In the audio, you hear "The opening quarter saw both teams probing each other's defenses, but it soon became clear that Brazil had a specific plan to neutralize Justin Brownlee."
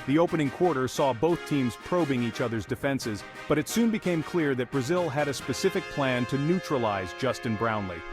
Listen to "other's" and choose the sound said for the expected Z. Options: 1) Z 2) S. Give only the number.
1